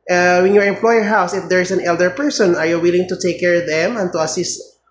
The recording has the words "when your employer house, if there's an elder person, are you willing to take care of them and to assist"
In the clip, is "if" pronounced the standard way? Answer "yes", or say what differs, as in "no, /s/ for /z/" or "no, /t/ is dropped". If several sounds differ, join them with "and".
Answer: yes